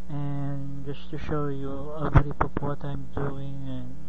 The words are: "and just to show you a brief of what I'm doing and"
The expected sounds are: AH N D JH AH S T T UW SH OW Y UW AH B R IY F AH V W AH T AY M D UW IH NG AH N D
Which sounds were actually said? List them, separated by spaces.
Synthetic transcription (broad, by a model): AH N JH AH S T T UW SH OW Y UW AH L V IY P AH P W AH T AY M D UW IH NG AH N